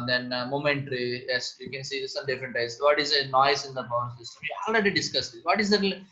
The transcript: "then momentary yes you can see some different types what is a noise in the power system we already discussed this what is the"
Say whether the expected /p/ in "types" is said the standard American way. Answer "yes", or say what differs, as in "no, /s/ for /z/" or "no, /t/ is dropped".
no, /p/ is dropped